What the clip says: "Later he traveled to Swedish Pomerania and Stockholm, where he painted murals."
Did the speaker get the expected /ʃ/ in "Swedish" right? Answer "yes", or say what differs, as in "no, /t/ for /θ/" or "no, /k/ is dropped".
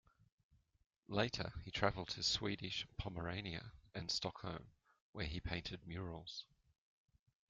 yes